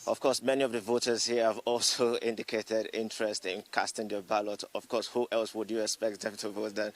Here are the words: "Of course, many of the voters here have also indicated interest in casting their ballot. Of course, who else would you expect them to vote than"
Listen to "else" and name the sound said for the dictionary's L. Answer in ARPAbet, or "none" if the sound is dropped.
L